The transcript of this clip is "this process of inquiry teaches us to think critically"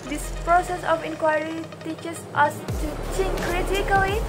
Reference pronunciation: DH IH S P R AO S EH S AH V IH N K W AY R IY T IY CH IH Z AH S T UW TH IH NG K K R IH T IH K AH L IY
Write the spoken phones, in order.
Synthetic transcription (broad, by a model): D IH S P R AO S EH S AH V IH N K W AY R IY T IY CH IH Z AH S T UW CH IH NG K K R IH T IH K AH L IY